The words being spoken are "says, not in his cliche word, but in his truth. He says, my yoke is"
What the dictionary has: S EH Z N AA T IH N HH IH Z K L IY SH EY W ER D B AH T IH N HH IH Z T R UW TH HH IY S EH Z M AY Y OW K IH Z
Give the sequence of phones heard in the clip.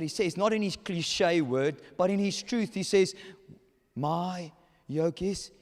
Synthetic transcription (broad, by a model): S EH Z N AA T IH N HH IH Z K L IY SH EY W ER D B AH T IH N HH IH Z T R UW TH HH IY S EH Z M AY Y OW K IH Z